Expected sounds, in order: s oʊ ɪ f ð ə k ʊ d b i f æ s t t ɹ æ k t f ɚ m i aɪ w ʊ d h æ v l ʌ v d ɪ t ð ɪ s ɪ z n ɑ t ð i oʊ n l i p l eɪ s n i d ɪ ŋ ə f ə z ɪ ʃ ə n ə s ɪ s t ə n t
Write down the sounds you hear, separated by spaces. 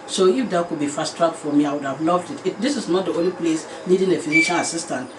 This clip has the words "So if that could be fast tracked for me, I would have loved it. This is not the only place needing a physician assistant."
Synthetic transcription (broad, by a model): s oʊ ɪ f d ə k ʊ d b i f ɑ s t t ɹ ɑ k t f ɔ m i aɪ w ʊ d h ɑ v l ʌ v d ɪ t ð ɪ s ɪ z n ɑ t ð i oʊ n l i p l eɪ s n i d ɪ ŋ ə f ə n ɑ ʃ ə l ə s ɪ s t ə n t